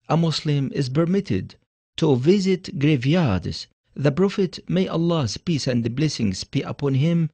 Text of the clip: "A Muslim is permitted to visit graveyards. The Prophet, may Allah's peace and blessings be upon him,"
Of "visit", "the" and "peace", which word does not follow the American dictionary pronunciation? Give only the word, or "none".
none